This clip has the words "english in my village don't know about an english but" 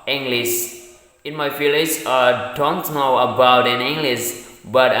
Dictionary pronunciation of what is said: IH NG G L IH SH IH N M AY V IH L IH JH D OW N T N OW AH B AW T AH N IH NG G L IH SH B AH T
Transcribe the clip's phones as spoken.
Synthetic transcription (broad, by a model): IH NG G L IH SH IH N M AY F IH L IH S D OW N T N OW AH B AW T AH N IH NG G L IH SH B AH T